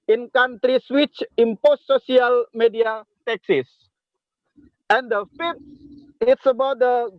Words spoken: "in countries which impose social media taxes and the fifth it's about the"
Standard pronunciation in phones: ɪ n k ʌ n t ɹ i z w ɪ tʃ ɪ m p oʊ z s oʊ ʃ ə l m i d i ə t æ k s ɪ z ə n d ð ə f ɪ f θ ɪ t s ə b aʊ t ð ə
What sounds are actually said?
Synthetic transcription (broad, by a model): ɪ n k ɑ n t ɹ i s w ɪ tʃ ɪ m p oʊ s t oʊ s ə l m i d i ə t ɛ k s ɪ s ə n d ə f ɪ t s ɪ t s ə b aʊ t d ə